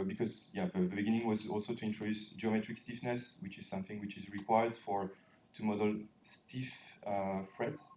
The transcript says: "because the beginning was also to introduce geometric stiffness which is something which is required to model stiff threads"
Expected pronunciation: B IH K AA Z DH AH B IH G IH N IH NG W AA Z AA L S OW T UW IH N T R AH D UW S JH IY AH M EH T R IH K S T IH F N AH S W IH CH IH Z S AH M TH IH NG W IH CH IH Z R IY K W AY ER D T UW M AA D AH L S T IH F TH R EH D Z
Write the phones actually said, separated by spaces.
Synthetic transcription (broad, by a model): B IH K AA Z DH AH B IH G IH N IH NG W AA Z AA L S OW T UW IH N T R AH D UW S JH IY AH M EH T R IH K S T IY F N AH S W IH CH IH Z S AH M TH IH NG W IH CH IH Z R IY K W AY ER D T UW M AA D AH L S T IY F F R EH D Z